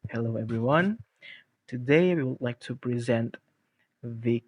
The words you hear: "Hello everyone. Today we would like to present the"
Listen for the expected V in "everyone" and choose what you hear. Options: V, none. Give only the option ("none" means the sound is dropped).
V